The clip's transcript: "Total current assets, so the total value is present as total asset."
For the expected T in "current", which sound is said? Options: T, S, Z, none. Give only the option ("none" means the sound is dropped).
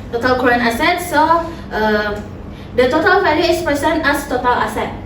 none